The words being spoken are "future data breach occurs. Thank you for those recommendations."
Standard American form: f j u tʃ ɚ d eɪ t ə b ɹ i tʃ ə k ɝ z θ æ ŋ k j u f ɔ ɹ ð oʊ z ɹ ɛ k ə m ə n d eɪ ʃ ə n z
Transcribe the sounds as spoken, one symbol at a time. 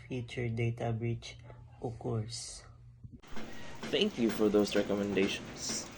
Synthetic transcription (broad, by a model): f j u tʃ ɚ d eɪ t ə b ɹ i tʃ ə k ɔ s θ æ ŋ k j u f ɔ ɹ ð oʊ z ɹ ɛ k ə m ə n d eɪ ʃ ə n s